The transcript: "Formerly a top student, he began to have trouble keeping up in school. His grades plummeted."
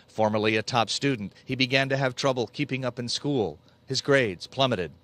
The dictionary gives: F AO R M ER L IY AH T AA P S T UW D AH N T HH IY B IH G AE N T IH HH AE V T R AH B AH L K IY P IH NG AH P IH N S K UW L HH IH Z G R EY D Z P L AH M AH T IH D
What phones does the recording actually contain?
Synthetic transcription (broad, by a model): F AO R M ER L IY AH T AA P S T UW D N T HH IY B IH G AE N T IH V T R AH B AH L K IY P IH NG AH P IH N S K UW L HH IH Z G R EY D Z P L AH M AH T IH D